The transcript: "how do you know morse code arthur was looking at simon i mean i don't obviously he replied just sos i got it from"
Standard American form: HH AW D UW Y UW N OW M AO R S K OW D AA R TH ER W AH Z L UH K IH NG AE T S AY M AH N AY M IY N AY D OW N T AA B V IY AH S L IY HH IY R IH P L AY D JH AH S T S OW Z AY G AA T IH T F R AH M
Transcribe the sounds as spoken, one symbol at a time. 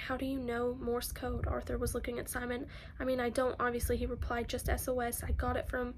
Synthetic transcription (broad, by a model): HH AW D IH Y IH N OW M AO R S K OW D AA R TH ER W AH Z L UH K IH NG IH T S AY M AH N AY M IY N AY D OW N T AA B V IY AH S L IY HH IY R IH P L AY D JH AH S T S OW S AY G AA T IH T F R AH M